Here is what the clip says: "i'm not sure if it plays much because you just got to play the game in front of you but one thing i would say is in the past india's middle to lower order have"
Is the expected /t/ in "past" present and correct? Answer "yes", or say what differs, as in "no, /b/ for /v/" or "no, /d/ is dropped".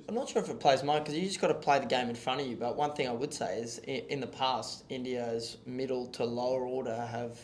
yes